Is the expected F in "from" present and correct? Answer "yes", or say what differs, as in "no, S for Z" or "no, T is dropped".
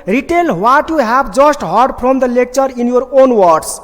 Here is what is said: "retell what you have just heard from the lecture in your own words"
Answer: no, P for F